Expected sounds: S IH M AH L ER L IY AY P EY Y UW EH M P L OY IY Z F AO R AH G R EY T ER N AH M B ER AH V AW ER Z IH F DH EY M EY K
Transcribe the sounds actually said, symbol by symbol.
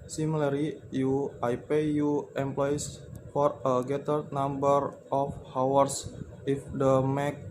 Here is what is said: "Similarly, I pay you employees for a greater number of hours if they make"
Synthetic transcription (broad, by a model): S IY M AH L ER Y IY AY P EY Y UW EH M P L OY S F AO R AH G EY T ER N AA M B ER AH F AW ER S IH F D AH M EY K